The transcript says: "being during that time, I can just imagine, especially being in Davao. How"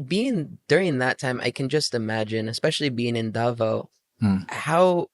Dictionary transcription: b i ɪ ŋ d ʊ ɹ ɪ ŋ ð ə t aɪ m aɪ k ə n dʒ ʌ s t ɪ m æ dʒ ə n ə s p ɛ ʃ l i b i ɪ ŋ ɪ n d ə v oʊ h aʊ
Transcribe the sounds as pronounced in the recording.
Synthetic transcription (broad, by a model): b i ɪ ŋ d ʊ ɹ ɪ ŋ ð ə t aɪ m aɪ k ə n dʒ ʌ s t ɪ m æ dʒ ə n ə s p ɛ ʃ l i b i ɪ ŋ ɪ n d ə v oʊ h aʊ